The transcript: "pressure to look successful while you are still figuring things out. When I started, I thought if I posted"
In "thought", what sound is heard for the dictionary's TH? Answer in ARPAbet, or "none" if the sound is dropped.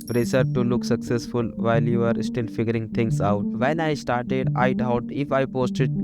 T